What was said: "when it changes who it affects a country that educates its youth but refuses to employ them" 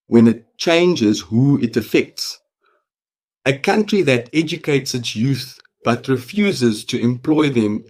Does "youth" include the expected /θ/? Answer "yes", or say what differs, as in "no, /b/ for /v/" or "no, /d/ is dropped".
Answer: yes